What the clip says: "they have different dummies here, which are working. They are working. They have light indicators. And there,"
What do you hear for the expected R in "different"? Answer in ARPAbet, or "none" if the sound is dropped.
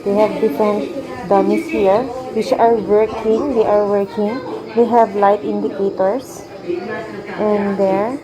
none